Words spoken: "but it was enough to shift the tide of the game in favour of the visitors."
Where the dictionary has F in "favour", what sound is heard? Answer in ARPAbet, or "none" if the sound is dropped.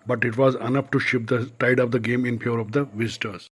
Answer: P